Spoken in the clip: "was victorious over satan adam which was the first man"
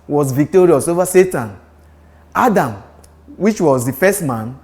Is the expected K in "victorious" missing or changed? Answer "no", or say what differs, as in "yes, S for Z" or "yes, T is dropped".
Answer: no